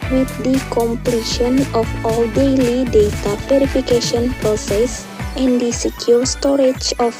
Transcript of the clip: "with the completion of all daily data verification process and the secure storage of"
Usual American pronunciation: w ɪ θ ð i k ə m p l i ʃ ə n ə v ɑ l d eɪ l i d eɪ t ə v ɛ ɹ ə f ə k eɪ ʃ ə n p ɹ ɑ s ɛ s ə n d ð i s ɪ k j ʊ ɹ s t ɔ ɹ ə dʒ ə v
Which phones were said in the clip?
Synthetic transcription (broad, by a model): w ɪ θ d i k ə m p l i ʃ ə n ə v ɑ l d eɪ l i d eɪ t ə p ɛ ɹ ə f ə k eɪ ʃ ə n p ɹ ɑ s ɛ s ə n d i s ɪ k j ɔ s t ɔ ɹ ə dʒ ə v